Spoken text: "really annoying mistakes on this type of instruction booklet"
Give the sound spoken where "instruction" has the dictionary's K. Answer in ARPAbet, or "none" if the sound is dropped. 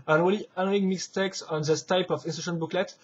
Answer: none